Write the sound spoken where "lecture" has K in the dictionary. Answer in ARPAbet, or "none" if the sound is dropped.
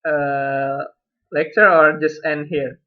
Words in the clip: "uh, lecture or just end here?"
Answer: K